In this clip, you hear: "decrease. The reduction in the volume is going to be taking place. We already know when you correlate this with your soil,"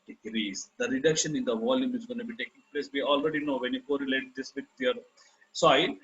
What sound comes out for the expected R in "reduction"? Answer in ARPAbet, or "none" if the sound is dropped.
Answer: R